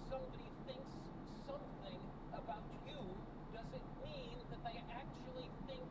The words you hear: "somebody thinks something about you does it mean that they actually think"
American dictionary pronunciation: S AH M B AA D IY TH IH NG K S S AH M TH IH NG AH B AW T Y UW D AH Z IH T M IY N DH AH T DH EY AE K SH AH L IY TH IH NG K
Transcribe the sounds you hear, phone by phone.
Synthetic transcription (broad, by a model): S AH M B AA D IY TH IH NG K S S AH M TH IH NG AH B AW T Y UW D AH Z IH T M IY N DH AH T DH EY AE K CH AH L IY TH IH NG K